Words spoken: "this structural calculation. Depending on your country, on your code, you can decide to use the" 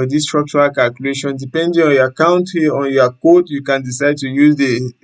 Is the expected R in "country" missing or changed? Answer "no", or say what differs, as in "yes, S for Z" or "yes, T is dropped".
yes, R is dropped